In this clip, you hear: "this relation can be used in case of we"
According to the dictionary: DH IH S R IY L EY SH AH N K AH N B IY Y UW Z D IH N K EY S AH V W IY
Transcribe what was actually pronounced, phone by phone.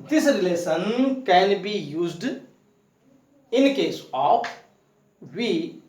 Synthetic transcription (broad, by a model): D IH S R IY L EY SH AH N K AH N B IY Y UW Z D IH N K EY S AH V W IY